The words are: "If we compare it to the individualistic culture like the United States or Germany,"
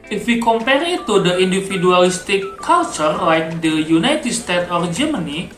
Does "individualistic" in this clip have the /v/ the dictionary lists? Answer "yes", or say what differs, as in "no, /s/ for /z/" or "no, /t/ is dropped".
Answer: no, /f/ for /v/